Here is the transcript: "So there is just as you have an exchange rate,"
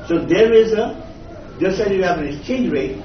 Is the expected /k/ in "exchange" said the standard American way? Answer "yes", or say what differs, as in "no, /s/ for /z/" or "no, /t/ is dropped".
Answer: no, /k/ is dropped